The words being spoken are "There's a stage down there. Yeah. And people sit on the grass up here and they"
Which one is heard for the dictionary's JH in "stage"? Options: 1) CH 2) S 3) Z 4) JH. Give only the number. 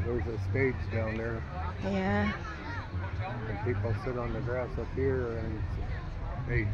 3